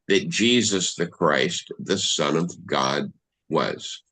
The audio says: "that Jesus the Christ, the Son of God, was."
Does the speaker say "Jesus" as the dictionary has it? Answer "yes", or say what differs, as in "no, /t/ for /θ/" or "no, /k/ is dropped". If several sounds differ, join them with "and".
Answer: yes